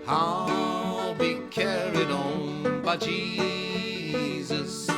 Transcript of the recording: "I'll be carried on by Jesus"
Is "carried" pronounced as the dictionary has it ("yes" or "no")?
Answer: yes